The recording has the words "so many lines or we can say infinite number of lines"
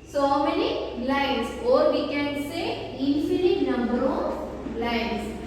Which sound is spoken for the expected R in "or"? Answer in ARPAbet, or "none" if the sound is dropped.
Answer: R